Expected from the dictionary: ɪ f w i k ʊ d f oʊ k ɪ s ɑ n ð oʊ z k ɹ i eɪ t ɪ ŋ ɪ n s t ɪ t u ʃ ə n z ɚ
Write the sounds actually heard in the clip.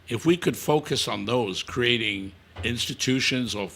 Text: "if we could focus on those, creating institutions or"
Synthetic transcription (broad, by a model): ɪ f w i k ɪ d f oʊ k ɪ s n ð oʊ z k ɹ i eɪ t ɪ ŋ ɪ n s t ɪ t u ʃ ə n z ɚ